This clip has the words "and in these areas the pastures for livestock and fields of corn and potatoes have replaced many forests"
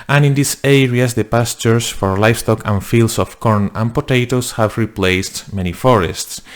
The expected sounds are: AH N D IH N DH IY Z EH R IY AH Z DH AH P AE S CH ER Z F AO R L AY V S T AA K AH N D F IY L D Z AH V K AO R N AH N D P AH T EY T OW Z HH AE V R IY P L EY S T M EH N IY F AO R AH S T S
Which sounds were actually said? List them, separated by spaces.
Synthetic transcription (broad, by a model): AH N IH N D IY S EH R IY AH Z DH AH P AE S CH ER S F AO R L AY F S T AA K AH N F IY L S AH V K AO R N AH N P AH T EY T OW S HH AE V R IY P L EY S T M EH N IY F AO R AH S T S